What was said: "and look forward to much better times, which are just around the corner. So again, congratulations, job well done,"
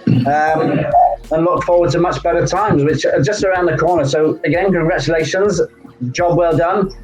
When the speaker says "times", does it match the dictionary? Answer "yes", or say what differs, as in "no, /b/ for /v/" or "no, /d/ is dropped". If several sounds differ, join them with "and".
yes